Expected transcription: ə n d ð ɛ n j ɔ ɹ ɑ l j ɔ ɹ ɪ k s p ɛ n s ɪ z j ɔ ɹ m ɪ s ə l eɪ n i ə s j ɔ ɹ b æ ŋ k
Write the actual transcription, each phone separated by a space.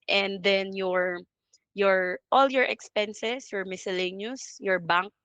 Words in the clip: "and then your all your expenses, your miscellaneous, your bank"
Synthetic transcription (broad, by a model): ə n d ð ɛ n j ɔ ɹ ɑ l j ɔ ɹ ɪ k s p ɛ n s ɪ s j ɔ ɹ m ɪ s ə l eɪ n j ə s j ɔ ɹ b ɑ ŋ k